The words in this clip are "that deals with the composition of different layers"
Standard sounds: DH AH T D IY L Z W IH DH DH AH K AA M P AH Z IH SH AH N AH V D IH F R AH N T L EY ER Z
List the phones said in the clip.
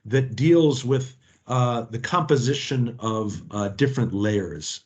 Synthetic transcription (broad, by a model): DH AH T D IY L Z W IH DH DH AH K AA M P AH Z IH SH AH N AH V D IH F R AH N T L EY ER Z